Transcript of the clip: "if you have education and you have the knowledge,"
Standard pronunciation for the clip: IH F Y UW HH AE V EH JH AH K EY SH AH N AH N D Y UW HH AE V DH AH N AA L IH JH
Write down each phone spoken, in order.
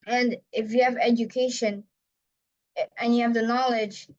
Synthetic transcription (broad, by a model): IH F Y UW HH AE V EH JH AH K EY SH AH N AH N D Y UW HH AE V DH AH N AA L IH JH